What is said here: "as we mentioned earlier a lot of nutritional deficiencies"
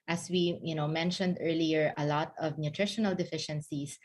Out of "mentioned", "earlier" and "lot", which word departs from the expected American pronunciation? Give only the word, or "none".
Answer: none